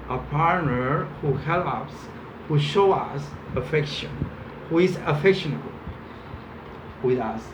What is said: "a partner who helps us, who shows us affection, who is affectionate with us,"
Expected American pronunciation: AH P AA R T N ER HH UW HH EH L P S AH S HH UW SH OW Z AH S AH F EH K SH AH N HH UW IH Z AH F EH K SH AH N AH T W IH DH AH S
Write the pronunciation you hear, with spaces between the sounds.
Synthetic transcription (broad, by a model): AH P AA R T N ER HH UW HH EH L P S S HH UW SH OW AH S AH F EH K SH AH N HH UW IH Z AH F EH K SH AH N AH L W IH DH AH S